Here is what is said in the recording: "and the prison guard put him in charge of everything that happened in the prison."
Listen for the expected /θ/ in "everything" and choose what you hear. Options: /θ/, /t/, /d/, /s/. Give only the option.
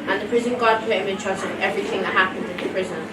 /θ/